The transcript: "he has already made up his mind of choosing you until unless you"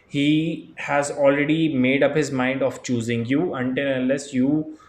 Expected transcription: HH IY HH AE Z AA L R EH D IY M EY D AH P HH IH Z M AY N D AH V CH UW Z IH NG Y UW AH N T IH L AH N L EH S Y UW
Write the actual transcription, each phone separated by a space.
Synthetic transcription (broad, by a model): HH IY HH AE Z AA L R EH D IY M EY D AH P HH IH Z M AY N D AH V CH UW Z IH NG Y UW AH N T IH L AH N L EH S Y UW